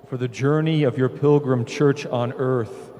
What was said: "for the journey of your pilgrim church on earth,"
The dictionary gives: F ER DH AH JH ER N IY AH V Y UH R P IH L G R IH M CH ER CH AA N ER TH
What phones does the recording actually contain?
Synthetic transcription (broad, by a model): F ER DH AH JH ER N IY AH V Y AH R P IH L G R IH M CH ER CH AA N ER TH